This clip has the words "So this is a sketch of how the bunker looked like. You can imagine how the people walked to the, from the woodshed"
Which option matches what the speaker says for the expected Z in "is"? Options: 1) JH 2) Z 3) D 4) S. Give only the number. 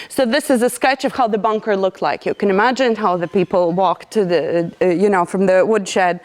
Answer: 2